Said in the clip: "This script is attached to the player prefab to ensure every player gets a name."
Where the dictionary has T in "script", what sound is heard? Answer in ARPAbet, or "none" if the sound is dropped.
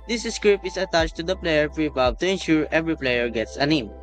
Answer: none